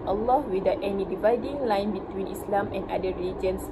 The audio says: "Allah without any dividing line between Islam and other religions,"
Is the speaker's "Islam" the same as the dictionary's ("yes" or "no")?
yes